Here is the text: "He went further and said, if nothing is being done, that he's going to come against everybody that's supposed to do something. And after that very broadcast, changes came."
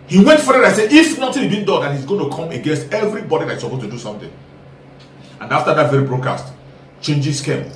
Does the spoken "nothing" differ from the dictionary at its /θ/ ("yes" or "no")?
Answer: yes